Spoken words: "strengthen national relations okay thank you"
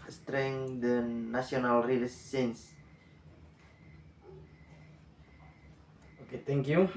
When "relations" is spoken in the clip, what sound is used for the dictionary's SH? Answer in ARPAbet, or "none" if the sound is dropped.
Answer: S